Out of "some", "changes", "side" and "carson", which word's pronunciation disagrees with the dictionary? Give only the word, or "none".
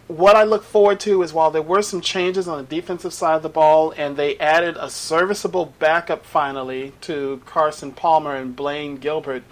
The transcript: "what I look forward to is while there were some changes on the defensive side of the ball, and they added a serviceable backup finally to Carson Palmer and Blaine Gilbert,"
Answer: none